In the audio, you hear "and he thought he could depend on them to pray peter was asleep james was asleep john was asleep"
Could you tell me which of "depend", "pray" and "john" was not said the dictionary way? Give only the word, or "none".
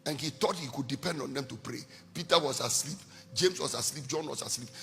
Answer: none